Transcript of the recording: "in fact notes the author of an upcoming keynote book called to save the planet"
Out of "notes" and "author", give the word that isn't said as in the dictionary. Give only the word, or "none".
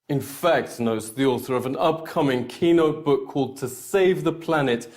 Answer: none